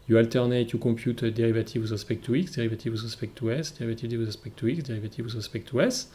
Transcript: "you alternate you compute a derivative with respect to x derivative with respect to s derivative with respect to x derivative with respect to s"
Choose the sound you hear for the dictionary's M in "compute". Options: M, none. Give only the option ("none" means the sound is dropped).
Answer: none